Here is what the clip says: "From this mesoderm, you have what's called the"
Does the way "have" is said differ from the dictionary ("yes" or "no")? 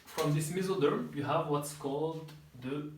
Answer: no